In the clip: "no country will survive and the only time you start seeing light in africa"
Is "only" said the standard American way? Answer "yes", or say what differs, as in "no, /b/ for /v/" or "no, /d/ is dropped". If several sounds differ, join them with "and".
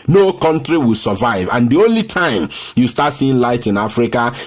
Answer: yes